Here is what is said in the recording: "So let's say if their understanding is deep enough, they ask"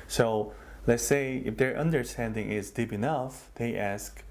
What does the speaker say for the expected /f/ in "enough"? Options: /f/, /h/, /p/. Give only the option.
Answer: /f/